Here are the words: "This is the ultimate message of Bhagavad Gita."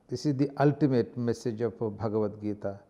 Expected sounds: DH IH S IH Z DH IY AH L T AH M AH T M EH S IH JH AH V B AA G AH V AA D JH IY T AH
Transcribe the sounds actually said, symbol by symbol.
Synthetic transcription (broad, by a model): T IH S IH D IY AH L T AH M AH T M EH S IH JH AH P B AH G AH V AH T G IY T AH